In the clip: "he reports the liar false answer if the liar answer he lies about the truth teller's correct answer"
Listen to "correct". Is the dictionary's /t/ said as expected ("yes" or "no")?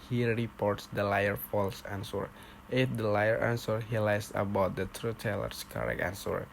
no